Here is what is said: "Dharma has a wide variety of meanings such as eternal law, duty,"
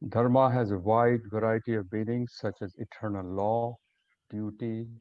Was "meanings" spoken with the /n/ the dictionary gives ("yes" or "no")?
no